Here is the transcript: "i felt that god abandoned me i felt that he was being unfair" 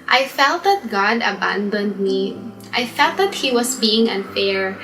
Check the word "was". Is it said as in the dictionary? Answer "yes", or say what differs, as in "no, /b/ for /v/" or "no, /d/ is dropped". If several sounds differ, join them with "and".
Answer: no, /s/ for /z/